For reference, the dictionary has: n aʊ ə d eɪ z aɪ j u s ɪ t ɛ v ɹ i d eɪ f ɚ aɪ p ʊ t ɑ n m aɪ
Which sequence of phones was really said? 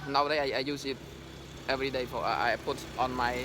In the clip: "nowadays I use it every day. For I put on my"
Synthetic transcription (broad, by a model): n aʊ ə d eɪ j aɪ j u s ɪ t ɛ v ɹ i d eɪ p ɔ aɪ p ʊ t ɑ n m aɪ